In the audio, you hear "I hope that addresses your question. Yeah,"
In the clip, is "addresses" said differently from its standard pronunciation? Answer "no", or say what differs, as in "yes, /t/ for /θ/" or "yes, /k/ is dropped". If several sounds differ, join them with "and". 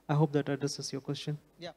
yes, /ɹ/ is dropped